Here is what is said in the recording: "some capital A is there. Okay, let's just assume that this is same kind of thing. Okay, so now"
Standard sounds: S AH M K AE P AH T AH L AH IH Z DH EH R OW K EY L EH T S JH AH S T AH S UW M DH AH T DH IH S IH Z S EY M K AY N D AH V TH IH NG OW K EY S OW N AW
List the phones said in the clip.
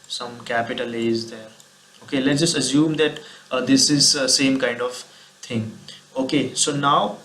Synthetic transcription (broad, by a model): S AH M K AE P AH T AH L AH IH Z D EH R OW K EY L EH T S JH AH S T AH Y UW M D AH T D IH S IH Z S EY M K AY N D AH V T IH NG OW K EY S OW N AW